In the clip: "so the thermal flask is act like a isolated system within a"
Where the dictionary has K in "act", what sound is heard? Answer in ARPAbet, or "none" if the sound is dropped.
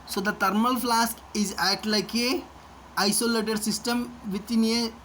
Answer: none